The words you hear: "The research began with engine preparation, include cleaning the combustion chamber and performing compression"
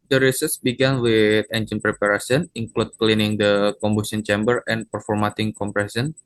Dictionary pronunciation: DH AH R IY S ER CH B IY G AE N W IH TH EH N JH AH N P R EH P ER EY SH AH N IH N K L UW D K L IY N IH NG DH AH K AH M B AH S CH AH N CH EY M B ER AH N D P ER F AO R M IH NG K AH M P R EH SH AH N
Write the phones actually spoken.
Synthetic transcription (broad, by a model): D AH R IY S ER S B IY G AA N W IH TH EH N JH AH N P R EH P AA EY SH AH N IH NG K L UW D K L IY N IH NG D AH K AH M B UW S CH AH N CH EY M B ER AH N P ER F AO R M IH NG K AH M P R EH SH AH N